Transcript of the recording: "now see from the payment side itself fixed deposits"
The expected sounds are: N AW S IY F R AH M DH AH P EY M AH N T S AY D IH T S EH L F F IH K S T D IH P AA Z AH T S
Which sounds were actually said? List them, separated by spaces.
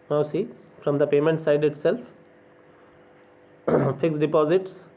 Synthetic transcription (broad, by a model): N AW S IY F R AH M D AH P EY M AH N T S AY D IH T S EH L F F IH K S D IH P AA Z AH T S